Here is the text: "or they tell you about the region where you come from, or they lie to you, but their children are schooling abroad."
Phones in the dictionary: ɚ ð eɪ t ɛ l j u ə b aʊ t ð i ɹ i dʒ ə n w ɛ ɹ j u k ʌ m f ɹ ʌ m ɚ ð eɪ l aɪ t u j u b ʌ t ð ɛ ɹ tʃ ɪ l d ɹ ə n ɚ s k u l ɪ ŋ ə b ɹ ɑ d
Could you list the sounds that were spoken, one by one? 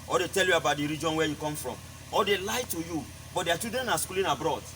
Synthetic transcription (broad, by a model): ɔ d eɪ t ɛ l j u ə b aʊ t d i ɹ i dʒ ə n w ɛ j u k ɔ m f ɹ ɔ m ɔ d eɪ l aɪ t u j u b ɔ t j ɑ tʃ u d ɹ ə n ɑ s k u l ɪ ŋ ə b ɹ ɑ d